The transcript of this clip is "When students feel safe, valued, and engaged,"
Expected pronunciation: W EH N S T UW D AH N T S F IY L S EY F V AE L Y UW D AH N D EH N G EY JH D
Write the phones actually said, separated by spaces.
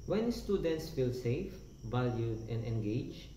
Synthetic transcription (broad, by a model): W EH N S T UW D AH N T S F IY L S EY F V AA L Y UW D AH N D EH N G EY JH